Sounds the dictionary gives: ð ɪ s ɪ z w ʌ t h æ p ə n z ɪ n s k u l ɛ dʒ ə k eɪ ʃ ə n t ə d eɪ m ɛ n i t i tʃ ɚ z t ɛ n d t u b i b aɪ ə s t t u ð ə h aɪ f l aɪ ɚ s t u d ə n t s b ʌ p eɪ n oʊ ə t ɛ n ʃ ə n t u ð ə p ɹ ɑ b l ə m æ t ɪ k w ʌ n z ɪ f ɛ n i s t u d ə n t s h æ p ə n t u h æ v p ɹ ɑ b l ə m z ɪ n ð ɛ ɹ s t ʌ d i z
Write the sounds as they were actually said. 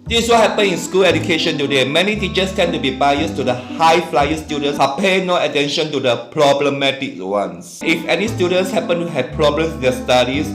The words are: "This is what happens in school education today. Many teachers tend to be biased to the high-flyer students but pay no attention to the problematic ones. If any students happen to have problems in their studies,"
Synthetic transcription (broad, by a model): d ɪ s w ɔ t h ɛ p ə n ɪ n s k u l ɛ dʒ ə k eɪ ʃ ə n t ə d eɪ m ɛ n i t i tʃ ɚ s t ɛ n t u b i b aɪ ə s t t u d ə h aɪ f l aɪ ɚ s t u d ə n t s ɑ p eɪ n oʊ ə t ɛ n ʃ ə n t u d ə p ɹ ɑ b l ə m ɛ t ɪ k w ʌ n s ɪ f ɛ n i s t u d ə n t s h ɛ p ə n t u h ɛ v p ɹ ɑ b l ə m s ɪ n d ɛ s t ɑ d i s